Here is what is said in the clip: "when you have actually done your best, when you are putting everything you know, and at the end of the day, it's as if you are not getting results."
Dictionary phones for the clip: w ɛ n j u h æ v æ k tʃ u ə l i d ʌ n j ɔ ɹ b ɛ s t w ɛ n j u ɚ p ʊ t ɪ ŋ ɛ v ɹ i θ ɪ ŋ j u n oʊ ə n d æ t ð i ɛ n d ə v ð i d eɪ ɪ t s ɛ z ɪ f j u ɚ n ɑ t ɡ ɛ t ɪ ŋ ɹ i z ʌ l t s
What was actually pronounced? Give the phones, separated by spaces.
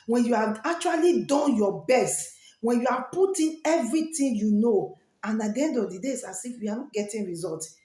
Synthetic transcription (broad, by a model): w ɛ n j u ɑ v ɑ k tʃ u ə l i d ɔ n j ɔ b ɛ s t w ɛ n j u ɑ p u t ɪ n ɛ v ɹ i t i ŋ j u n oʊ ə n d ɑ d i ɛ n d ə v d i d eɪ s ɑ s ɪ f j u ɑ n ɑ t ɡ ɛ t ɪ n ɹ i z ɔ l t